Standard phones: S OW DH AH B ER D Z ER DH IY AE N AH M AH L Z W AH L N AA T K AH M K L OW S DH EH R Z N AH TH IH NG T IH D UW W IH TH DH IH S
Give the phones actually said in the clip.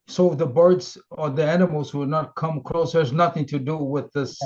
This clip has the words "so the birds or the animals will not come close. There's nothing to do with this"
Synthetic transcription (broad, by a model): S OW DH AH B ER D Z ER DH IY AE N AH M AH L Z W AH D N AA T K AH M K L OW S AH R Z N AH TH IH NG T IH D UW W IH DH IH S